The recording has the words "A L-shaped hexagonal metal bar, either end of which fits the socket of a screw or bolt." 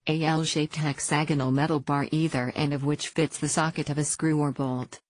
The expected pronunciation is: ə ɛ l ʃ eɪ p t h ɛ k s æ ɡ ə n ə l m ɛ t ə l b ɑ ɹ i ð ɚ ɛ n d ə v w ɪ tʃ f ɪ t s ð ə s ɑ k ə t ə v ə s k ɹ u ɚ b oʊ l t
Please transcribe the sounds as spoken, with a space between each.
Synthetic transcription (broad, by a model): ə ɛ l ʃ eɪ p t h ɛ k s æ ɡ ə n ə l m ɛ t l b ɑ ɹ i ð ɚ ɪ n ə v w ɪ tʃ f ɪ t s ð ə s ɑ k ə t ə v ə s k ɹ u ɚ b oʊ l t